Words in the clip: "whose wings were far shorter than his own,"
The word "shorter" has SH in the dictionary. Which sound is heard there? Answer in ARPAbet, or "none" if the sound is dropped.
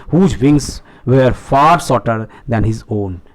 S